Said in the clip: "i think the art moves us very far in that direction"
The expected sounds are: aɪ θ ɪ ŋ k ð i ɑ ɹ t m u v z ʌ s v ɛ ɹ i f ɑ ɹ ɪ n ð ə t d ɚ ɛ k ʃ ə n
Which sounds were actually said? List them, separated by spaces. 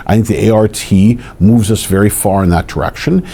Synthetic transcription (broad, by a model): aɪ θ ɪ ŋ k ð i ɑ ɹ t m u v z ʌ s v ɛ ɹ i f ɑ ɹ ɪ n ð ə t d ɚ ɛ k ʃ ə n